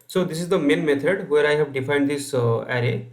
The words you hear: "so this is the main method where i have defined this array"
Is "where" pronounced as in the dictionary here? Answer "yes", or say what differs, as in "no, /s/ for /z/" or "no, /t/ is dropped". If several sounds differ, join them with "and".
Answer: yes